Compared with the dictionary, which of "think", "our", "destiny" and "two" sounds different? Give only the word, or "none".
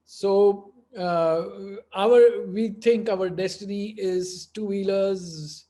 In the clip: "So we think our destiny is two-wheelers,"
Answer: think